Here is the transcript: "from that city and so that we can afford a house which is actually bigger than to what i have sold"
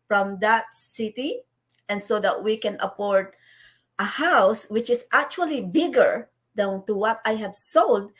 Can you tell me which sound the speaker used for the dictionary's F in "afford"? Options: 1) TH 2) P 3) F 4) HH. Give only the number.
2